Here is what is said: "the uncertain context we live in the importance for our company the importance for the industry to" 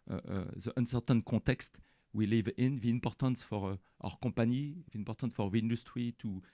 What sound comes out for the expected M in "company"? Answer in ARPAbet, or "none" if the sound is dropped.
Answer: none